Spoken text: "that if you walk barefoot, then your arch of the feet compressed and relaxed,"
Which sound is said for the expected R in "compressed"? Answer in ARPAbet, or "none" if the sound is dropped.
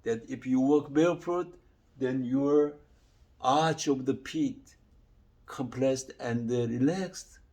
L